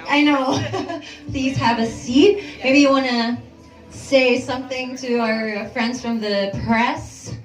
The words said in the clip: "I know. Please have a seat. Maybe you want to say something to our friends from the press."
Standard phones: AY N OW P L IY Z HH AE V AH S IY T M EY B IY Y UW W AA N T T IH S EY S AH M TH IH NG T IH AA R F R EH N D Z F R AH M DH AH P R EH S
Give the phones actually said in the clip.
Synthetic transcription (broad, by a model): AY N OW P L IY Z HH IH V AH S IY T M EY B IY Y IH W AA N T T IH S EY S AH M TH IH NG T IH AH R F R EH N D Z F R AH M DH AH P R EH S